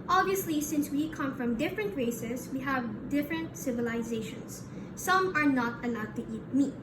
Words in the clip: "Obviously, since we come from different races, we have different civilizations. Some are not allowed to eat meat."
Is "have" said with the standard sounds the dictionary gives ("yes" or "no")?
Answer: yes